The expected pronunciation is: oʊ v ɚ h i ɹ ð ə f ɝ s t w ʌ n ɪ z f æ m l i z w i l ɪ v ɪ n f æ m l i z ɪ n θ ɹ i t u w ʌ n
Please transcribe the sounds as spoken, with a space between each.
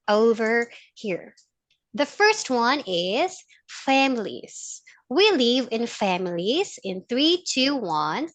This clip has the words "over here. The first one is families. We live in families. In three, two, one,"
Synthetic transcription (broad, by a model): oʊ v ɚ h i ɹ ð ə f ɝ s t w ʌ n ɪ z f æ m l i z w i l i v ɪ n f æ m l i z ɪ n θ ɹ i t u w ʌ n